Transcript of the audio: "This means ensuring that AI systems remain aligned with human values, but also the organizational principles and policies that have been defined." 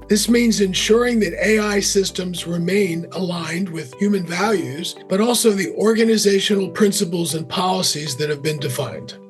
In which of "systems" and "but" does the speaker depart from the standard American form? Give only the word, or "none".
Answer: none